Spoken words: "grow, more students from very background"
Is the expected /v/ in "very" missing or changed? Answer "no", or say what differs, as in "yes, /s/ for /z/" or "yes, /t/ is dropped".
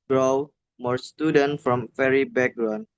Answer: yes, /f/ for /v/